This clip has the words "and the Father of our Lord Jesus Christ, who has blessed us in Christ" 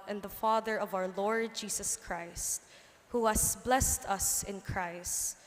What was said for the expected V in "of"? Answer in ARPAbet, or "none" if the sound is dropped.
V